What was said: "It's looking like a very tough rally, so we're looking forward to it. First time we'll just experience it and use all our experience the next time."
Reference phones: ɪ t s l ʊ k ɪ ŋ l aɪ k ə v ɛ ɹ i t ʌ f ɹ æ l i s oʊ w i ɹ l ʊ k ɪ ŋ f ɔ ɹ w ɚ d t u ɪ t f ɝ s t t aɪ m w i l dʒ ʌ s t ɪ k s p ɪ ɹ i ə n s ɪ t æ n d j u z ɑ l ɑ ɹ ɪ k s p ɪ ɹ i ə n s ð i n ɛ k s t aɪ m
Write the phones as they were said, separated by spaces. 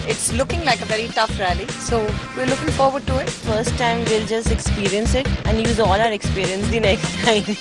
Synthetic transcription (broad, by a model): ɪ t s l ʊ k ɪ ŋ l aɪ k ə v ɛ ɹ i t ʌ f ɹ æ l i s oʊ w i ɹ l ʊ k ɪ ŋ f ɔ ɹ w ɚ d t u ɪ t f ɝ s t t aɪ m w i l dʒ ʌ s t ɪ k s p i ɹ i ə n s ɪ t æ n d j u z ɑ l ɑ ɹ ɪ k s p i ɹ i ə n s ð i n ɛ k s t aɪ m